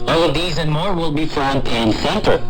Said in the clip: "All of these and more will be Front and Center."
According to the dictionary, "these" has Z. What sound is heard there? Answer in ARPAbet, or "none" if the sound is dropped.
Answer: Z